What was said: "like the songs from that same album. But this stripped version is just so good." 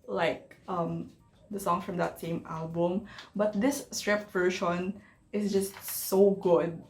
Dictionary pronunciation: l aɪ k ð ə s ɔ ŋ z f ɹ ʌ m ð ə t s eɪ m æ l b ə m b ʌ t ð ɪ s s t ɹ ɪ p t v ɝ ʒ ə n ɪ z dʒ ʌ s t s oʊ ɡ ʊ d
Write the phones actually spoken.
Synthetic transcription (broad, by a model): l aɪ k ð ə s ɔ ŋ f ɹ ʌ m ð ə t s eɪ m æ l b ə m b ʌ t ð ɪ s s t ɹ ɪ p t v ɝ ʃ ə n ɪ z dʒ ʌ s t s oʊ ɡ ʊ d